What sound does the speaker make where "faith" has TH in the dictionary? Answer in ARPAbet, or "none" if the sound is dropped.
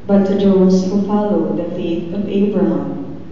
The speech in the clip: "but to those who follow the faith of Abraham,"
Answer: T